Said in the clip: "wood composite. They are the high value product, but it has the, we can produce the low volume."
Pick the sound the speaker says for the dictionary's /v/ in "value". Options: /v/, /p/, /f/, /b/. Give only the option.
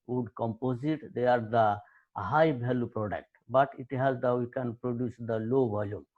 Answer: /b/